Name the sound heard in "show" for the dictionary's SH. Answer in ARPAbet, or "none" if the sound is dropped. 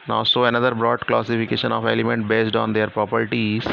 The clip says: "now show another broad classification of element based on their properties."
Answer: S